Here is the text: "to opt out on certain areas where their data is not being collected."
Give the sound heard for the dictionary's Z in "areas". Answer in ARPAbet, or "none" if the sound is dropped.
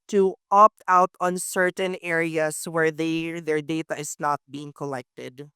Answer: S